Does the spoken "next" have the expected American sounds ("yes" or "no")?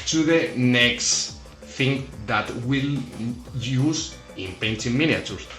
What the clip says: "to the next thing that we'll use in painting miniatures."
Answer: yes